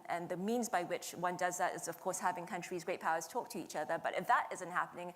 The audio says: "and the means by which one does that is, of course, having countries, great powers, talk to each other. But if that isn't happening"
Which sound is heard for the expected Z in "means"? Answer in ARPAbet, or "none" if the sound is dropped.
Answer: Z